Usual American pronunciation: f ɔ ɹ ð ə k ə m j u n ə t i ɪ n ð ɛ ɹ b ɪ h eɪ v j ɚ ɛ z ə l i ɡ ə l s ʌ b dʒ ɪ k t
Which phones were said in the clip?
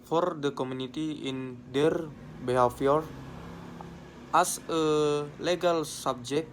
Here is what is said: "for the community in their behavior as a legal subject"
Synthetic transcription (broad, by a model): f ɔ ɹ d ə k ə m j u n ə t i ɪ n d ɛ ɹ b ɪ h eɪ f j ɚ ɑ s ə l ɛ ɡ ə l s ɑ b dʒ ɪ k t